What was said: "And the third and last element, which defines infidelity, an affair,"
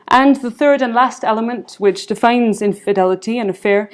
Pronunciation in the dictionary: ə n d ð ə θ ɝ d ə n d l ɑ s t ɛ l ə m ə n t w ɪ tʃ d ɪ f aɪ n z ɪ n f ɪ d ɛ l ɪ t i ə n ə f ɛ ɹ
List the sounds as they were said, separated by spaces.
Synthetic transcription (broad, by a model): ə n ð ə θ ɝ d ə n l ɑ s t ɛ l ə m ə n t w ɪ tʃ d ɪ f aɪ n z ɪ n f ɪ d ɛ l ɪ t i ə n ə f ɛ ɹ